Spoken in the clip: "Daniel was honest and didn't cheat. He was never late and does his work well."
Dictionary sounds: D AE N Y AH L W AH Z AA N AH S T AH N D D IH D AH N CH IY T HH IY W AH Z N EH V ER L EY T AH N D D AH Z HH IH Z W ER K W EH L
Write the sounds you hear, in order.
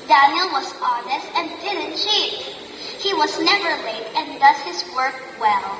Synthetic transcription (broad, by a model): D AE N Y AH L W AH Z AA N AH S T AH N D D IH D AH N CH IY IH HH IY W AH Z N EH V ER L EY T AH N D D AH Z HH IH Z W ER K W EH L